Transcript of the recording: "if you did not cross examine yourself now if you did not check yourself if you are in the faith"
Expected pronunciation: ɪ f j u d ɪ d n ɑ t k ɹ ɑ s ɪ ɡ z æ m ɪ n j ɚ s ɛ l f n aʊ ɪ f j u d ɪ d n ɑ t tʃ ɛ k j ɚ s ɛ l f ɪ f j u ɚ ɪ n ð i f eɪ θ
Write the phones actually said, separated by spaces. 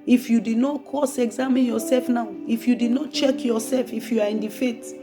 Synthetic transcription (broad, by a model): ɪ f j u d ɪ d n ɑ t k ɑ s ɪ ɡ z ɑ m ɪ n j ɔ s ɛ l f n aʊ ɪ f j u d ɪ d n ɑ t tʃ ɛ k j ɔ s ɛ l f ɪ f j u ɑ ɪ n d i f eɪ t